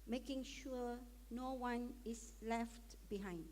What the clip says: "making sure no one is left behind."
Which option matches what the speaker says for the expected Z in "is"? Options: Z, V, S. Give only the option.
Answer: S